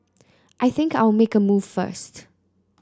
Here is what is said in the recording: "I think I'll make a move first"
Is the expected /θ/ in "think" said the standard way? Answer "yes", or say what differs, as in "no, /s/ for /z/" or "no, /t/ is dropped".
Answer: yes